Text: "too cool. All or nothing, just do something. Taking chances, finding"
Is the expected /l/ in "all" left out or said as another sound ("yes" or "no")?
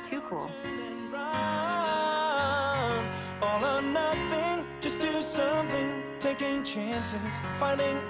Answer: yes